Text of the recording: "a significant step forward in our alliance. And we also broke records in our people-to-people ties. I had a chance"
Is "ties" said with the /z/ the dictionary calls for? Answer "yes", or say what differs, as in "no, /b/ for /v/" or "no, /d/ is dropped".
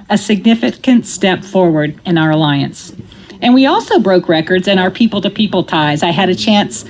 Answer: yes